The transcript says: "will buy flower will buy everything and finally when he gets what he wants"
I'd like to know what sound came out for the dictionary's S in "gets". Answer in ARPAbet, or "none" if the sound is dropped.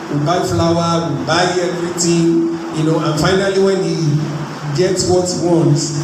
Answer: S